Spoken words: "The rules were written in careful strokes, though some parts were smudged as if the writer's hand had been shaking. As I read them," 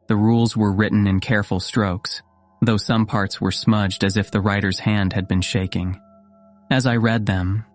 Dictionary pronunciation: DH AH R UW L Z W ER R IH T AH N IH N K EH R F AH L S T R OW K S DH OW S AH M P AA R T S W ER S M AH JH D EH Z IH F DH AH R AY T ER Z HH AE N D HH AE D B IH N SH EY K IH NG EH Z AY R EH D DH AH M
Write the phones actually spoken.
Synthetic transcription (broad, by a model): DH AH R UW L Z W ER R IH T N IH N K EH R F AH L S T R OW K S DH OW S AH M P AA R T S W ER S M AH JH D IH Z IH F DH AH R AY T ER Z HH AE N D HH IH D B IH N SH EY K IH NG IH Z AY R EH D DH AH M